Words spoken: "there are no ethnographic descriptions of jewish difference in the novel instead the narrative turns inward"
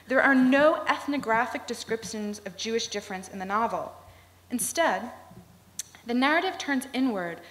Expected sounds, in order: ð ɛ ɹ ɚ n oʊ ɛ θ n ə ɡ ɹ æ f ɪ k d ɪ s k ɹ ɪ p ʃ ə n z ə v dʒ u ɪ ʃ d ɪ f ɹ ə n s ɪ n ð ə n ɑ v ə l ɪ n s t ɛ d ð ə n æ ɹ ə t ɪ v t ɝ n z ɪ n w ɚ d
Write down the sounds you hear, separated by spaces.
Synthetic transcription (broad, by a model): ð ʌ ɹ ɚ n oʊ ɛ θ n ə ɡ ɹ æ f ɪ k d ɪ s k ɹ ɪ p ʃ ə n z ə v dʒ u ɪ ʃ d ɪ f ɹ ə n s ɪ n ð ə n ɑ v l ɪ n s t ɛ d ð ə n æ ɹ ə t ɪ v t ɝ n z ɪ n w ɚ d